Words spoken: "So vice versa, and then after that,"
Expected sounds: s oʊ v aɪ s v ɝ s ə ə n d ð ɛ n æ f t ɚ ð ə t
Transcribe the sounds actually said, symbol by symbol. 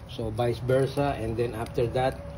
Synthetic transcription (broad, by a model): s oʊ b aɪ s b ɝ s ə ə n d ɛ n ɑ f t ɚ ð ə t